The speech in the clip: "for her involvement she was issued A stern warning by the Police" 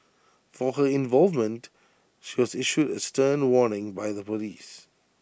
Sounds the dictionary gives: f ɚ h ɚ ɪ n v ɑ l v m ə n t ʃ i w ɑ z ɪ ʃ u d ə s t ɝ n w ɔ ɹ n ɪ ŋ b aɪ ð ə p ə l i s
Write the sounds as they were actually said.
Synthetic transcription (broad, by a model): f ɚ h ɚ ɪ n v ɑ l v m ə n t ʃ i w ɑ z ɪ ʃ u d ə s t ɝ n w ɔ n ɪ ŋ b aɪ ð ə p ə l i s